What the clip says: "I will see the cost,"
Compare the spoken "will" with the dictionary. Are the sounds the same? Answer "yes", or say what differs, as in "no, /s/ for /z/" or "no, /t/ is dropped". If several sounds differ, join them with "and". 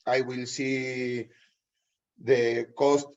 yes